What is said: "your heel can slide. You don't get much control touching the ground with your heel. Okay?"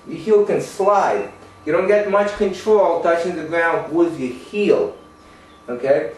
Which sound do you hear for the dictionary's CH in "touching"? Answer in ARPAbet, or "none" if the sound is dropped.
CH